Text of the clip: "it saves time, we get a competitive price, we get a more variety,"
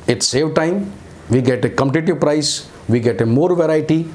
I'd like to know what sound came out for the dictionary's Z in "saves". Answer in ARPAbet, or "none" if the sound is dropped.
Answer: none